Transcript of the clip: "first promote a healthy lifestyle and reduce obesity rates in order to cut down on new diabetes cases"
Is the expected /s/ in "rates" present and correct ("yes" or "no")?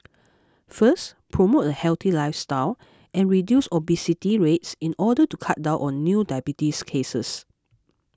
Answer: yes